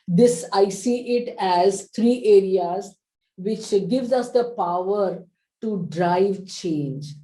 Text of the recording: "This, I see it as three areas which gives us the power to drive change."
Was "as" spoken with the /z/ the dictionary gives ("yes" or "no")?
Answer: yes